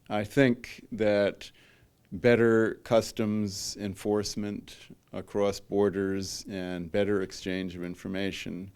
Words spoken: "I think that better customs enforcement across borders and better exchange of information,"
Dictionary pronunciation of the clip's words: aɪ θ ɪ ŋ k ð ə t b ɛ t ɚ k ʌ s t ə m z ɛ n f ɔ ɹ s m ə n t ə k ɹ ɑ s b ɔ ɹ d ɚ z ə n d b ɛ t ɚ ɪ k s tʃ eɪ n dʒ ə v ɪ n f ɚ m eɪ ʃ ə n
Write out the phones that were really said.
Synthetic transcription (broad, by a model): aɪ θ ɪ ŋ k ð ə t b ɛ t ɚ k ʌ s t ə m z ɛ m f ɔ ɹ s m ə n t ə k ɹ ɑ s b ɔ ɹ d ɚ z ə n b ɛ t ɚ ɪ k s tʃ eɪ n dʒ ə v ɪ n f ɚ m eɪ ʃ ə n